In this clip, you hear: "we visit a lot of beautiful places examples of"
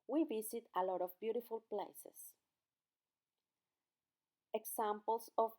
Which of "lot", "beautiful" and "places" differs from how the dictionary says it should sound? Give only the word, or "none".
places